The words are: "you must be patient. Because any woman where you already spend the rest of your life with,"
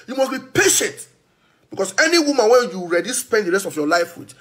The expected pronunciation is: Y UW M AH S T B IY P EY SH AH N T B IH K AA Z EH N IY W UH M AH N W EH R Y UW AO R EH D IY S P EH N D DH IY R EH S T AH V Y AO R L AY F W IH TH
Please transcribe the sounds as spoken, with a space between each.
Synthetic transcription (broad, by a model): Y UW M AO S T B IY P EY SH AH N T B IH K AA S EH N IY W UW M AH N W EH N Y UW R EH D IY S P EH N D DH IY R EH S T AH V Y AO L AY F W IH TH